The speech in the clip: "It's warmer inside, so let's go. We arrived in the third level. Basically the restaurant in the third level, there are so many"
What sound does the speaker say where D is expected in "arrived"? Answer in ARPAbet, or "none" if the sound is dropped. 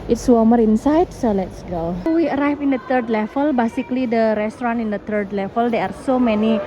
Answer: none